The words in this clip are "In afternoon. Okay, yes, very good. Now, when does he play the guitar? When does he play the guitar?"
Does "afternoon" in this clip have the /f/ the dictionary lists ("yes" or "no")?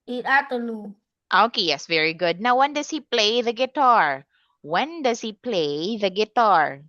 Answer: no